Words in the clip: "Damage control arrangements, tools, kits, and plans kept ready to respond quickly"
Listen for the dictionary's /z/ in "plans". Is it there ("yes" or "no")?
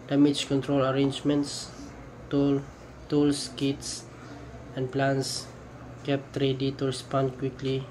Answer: no